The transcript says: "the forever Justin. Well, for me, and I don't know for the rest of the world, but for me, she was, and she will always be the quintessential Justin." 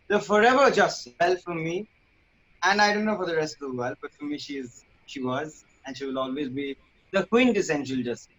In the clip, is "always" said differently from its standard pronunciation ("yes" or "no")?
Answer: no